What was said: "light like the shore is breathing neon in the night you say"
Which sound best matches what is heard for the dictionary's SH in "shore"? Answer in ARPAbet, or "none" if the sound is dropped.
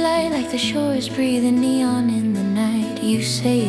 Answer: SH